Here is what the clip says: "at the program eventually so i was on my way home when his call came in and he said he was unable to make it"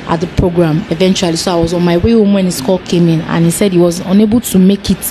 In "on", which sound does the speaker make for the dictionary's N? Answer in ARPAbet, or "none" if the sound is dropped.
N